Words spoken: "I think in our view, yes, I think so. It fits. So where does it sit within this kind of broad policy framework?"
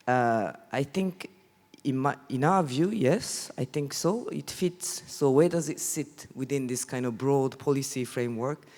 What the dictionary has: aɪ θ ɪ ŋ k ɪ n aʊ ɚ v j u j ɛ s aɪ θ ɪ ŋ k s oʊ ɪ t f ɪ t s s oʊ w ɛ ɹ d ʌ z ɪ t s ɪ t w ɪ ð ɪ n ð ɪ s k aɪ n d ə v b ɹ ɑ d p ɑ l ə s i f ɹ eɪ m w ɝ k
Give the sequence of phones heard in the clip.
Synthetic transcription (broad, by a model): aɪ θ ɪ ŋ k ɪ n aʊ ɚ v j u j ɛ s aɪ θ ɪ ŋ k s oʊ ɪ t f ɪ t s s oʊ w ɛ ɹ d ʌ z ɪ t s ɪ t w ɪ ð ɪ n ð ɪ s k aɪ n d ə v b ɹ ɑ d p ɑ l ə s i f ɹ eɪ m w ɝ k